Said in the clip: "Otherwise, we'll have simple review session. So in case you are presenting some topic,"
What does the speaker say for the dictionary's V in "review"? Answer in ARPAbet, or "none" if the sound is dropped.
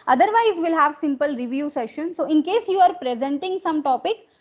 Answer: V